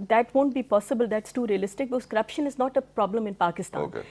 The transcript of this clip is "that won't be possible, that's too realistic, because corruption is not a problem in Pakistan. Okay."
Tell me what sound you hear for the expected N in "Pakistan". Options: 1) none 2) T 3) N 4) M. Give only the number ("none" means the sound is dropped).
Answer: 1